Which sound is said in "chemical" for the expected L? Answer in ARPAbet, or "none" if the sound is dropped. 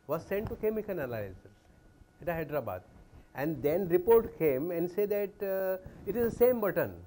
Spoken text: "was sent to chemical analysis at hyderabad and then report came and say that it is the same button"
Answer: N